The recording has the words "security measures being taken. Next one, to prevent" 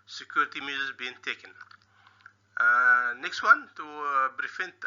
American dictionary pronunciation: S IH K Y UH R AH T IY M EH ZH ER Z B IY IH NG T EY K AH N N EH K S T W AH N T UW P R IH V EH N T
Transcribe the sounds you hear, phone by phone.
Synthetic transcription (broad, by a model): S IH K Y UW R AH T IY M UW Z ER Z B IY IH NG T EY K AH N N EH K S T W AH N T UW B R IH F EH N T